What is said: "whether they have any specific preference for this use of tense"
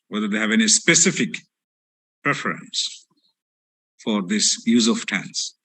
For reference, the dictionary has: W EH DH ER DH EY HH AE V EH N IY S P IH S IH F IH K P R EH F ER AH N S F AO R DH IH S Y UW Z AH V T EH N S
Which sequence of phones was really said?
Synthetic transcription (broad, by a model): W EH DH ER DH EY HH AE V EH N IY S P IH S IH F IH K P R EH F ER AH N S F AO R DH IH S Y UW Z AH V T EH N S